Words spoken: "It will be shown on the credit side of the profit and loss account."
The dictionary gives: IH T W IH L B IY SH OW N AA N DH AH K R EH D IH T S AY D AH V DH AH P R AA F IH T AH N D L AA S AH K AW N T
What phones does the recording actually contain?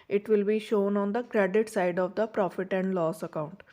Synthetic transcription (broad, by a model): IH T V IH L B IY SH OW N AA N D AH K R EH D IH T S AY D AH V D AH P R AA F IH T AH N D L AA S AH K AW N T